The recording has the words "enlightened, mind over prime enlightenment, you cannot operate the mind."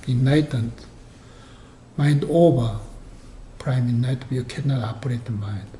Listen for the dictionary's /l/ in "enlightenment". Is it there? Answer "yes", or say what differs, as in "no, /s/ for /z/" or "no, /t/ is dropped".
no, /l/ is dropped